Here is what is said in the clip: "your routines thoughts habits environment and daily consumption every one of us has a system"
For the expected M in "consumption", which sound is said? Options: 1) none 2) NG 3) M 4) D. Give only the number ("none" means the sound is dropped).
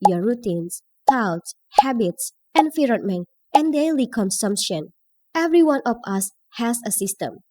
3